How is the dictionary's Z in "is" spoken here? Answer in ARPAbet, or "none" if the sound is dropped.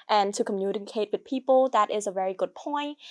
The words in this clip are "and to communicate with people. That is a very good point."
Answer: Z